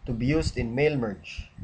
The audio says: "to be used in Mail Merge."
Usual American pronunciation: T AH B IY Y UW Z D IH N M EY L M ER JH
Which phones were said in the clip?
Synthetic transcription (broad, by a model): T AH B IY Y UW S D IH N M EY L M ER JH